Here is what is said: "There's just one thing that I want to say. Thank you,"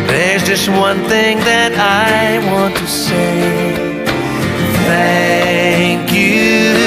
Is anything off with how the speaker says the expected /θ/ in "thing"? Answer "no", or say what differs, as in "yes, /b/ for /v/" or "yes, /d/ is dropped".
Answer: no